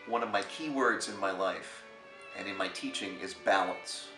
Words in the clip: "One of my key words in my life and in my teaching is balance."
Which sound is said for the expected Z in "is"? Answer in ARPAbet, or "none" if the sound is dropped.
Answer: Z